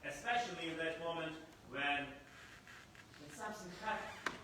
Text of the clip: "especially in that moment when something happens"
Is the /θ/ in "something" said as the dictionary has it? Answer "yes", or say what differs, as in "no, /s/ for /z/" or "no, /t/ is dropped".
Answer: no, /s/ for /θ/